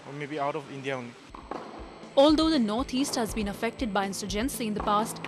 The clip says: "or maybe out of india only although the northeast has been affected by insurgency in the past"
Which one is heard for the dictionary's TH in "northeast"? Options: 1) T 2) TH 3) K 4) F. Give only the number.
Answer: 1